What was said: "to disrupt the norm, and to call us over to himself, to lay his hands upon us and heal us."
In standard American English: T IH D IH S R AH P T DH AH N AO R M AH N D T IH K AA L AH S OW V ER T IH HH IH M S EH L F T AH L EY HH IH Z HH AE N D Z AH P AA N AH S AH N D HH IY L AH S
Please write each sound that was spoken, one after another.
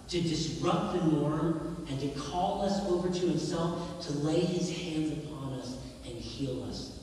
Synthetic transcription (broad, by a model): T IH D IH S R AH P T DH AH N AO R M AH N T IH K AA L AH S OW V ER T IH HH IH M S EH L F T AH L EY IH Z HH AE N D Z AH P AA N AH S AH N HH IY L AH S